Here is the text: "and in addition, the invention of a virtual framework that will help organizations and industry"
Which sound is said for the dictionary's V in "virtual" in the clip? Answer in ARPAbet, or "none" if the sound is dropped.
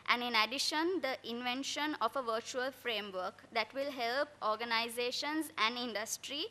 V